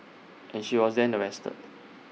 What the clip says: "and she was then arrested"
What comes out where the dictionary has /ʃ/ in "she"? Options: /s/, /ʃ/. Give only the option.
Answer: /ʃ/